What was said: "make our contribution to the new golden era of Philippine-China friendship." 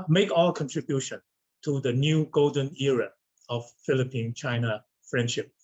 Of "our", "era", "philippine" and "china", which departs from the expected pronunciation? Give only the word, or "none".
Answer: our